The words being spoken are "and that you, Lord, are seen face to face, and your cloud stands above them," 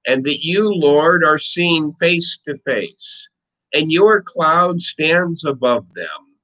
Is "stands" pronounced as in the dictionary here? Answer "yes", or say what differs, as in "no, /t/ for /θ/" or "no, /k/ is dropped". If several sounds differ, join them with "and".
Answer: yes